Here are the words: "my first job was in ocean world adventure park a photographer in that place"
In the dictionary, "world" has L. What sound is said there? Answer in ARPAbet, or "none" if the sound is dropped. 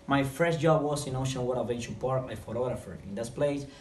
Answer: none